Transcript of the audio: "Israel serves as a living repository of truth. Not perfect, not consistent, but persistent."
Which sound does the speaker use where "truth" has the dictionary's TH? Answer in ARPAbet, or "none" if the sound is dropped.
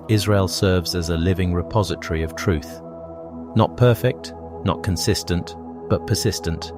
TH